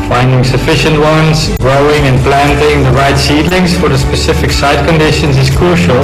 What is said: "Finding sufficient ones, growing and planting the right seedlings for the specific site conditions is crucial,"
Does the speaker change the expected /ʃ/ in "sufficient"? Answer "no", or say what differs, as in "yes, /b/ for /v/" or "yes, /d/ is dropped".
no